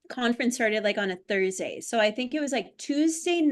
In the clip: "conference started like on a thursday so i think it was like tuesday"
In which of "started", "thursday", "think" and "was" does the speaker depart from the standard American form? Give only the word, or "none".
none